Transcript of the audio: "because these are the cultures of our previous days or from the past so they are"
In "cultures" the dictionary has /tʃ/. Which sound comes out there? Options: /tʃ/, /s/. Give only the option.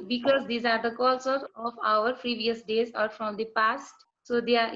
/s/